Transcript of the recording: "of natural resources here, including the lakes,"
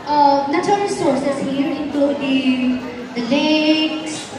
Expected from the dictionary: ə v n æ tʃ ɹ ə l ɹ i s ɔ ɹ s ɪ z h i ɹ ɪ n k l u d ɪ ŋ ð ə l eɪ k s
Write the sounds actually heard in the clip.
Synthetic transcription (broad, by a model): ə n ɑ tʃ ə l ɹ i s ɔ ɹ s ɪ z h i ɹ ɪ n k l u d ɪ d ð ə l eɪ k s